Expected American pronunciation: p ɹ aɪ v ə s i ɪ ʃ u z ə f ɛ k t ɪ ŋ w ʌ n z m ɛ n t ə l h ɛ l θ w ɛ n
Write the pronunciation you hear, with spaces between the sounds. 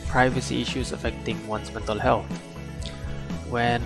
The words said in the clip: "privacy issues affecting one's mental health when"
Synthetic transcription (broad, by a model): p ɹ aɪ v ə s i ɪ ʃ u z ə f ɛ k t ɪ ŋ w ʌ n s m ɛ n t ə l h ɛ l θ w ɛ n